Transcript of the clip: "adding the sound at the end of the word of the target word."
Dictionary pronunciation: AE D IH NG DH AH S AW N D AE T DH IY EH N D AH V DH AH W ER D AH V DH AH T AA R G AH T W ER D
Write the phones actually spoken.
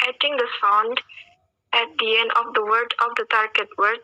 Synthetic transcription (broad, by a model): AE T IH NG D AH S AW N D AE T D IY EH N D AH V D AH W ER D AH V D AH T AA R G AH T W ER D